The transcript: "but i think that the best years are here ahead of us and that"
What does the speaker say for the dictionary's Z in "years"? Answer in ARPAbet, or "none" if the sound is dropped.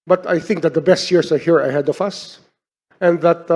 S